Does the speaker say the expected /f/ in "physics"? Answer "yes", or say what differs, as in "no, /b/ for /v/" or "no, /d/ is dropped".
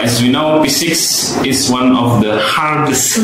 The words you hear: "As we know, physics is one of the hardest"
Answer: no, /p/ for /f/